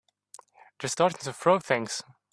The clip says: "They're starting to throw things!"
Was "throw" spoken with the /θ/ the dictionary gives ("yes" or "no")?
no